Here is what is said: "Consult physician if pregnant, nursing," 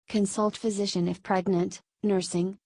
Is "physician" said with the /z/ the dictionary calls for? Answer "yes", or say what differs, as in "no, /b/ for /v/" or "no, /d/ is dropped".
yes